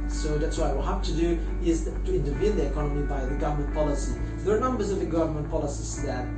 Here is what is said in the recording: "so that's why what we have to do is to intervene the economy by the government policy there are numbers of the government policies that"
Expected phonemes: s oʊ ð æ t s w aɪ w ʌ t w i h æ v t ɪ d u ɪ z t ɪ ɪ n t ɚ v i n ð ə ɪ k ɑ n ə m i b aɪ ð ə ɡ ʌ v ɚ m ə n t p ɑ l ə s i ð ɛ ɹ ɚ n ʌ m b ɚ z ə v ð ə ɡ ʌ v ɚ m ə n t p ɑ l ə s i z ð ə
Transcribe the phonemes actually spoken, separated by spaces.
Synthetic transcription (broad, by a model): s oʊ ð æ t s w aɪ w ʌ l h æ f t ɪ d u ɪ z t ɪ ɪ n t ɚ v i n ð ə ɪ k ɑ n ə m i b aɪ ð ə ɡ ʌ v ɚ m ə n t p ɑ l ə s i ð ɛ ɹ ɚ n ʌ m b ɚ z ə v ð ə ɡ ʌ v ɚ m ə n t p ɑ l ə s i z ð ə